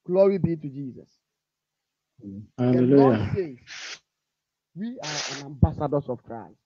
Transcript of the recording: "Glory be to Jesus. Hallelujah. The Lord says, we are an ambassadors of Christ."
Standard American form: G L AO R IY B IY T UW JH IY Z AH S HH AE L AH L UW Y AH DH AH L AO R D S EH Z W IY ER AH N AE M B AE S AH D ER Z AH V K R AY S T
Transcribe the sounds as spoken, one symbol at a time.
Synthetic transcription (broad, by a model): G L AO R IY B IY T UW JH IY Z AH S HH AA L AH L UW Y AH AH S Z W IY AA AH N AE M B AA S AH D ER S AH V K R AY S T